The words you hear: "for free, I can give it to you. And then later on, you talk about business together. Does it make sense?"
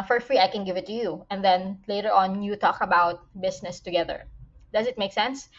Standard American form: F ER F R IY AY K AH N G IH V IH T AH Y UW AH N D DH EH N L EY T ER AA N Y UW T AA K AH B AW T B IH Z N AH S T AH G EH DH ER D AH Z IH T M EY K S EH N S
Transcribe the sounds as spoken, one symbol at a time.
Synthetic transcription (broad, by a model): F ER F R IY AY K AH N G IH V IH T AH Y UW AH N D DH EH N L EY T ER AA N Y UW T AA K AH B AW T B IH S N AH S T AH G EH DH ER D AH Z IH T M EY K S EH N S